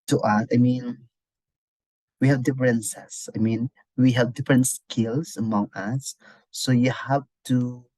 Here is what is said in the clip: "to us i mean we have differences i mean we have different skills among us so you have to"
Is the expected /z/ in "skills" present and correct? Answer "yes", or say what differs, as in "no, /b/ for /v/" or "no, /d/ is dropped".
no, /s/ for /z/